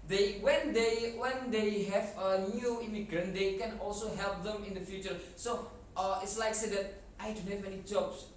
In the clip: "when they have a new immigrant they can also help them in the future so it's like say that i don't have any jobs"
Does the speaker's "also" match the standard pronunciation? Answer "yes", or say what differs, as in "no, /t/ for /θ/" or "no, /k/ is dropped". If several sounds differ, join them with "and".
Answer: yes